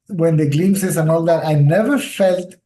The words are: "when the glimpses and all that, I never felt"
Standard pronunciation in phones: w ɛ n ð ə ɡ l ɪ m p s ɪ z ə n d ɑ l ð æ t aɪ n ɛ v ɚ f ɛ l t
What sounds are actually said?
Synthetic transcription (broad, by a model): w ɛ n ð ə ɡ l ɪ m s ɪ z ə n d ɑ l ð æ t aɪ n ɛ v ɚ f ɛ l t